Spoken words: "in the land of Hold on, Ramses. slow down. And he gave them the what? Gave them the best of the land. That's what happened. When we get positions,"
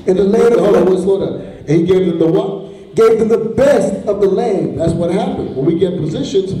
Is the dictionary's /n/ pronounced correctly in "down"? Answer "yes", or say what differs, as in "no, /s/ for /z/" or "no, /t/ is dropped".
no, /n/ is dropped